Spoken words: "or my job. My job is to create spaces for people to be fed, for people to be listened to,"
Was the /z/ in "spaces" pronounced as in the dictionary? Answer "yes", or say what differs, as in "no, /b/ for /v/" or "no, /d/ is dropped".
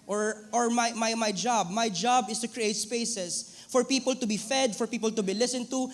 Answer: no, /s/ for /z/